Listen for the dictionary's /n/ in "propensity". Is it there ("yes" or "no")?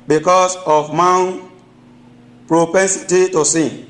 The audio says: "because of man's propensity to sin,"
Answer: yes